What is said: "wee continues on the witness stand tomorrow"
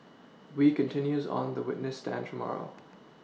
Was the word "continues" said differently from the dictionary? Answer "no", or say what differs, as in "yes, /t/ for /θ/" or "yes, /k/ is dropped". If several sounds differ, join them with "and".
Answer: no